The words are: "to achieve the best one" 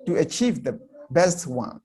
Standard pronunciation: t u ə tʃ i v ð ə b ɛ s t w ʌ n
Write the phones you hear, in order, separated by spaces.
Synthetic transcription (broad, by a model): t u ə tʃ i v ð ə b ɛ s t w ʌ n